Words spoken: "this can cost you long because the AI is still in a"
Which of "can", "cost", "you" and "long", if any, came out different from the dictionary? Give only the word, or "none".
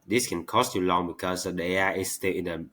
none